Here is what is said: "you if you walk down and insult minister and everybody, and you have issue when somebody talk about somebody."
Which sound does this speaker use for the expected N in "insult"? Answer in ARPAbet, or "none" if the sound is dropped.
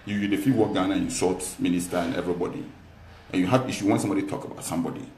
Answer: none